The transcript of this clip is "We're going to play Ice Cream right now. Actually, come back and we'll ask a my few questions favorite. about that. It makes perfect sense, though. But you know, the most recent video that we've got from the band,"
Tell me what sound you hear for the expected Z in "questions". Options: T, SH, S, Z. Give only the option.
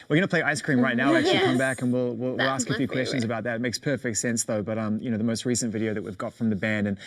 Z